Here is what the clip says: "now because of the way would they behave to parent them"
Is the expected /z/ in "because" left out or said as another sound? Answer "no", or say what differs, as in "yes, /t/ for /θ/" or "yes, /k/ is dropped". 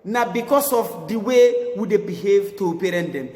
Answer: yes, /s/ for /z/